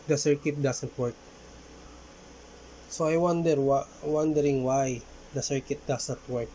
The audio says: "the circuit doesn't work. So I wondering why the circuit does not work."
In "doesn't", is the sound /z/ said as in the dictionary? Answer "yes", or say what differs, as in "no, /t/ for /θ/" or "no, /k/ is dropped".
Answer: no, /s/ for /z/